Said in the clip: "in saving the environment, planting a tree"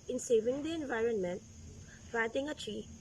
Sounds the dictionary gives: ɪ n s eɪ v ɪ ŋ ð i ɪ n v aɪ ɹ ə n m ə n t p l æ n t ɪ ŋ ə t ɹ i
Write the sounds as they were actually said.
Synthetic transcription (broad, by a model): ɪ n s eɪ v ɪ ŋ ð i ɪ n v aɪ ɹ ə n m ə n t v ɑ t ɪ ŋ ə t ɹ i